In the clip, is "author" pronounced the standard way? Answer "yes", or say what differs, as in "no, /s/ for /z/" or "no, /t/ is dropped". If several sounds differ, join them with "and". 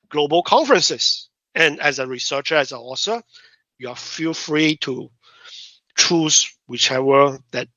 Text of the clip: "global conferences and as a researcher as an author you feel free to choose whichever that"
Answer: no, /s/ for /θ/